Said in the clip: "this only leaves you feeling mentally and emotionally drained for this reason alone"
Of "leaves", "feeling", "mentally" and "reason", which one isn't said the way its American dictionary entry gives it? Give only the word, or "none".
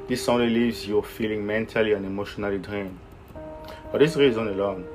none